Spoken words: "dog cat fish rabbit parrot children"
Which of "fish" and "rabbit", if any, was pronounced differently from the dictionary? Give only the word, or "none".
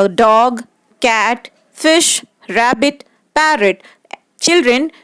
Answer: none